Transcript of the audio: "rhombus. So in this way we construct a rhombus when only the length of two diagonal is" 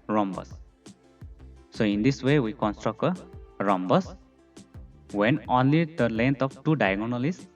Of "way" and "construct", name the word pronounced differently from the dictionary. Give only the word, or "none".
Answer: none